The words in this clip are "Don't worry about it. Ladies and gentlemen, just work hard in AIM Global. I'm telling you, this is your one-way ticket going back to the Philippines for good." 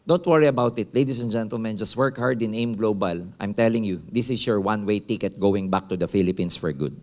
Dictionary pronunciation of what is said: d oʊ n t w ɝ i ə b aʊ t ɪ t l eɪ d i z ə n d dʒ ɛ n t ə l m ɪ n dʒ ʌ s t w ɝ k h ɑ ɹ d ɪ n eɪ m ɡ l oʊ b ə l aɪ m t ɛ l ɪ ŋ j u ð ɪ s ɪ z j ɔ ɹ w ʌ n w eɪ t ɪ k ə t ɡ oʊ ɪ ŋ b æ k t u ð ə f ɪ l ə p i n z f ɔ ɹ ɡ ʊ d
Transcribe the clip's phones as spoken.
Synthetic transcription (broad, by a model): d oʊ n t w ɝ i ə b aʊ t ɪ t l eɪ d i s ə n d dʒ ɛ n t ə l m ɪ n dʒ ʌ s t w ɝ k h ɑ ɹ d ɪ n eɪ m ɡ l oʊ b ə l aɪ m t ɛ l ɪ ŋ j u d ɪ s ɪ s j ɔ ɹ w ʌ n w eɪ t ɪ k ə t ɡ oʊ ɪ ŋ b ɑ k t u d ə f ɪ l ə p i n s f ɔ ɹ ɡ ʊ d